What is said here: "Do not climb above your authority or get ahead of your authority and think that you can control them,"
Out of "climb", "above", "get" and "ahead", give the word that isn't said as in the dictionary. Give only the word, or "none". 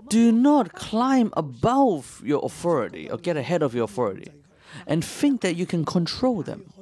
none